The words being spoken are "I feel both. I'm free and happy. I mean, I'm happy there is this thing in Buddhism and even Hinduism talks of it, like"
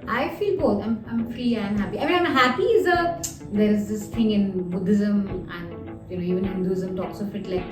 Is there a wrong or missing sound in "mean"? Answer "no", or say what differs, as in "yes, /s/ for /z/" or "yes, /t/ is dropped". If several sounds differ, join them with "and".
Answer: yes, /n/ is dropped